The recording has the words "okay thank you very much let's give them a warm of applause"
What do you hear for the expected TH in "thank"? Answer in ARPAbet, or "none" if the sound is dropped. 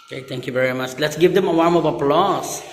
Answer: T